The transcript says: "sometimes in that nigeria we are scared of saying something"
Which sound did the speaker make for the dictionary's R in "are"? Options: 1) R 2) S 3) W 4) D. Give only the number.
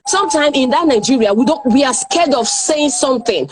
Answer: 3